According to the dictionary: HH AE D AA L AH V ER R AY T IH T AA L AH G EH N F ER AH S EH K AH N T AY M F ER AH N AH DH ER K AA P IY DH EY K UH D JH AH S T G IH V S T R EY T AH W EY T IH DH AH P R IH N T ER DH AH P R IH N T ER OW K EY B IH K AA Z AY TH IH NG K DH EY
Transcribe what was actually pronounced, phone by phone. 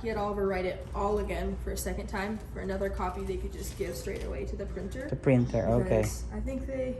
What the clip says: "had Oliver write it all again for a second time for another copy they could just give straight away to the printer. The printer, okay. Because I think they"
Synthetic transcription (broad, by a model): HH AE D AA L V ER R AY T IH T AA L AH G EH N F ER AH S EH K AH N T AY M F ER AH N AH DH ER K AA P IY DH EY K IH D JH AH S G IH V S T R EY T AH W EY T IH DH AH P R IH N T ER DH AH P R IH N T ER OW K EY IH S AA IH TH IH NG K DH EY